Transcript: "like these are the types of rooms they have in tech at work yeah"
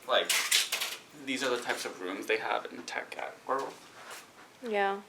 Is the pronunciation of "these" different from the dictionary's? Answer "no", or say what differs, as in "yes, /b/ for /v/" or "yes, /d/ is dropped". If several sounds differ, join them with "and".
no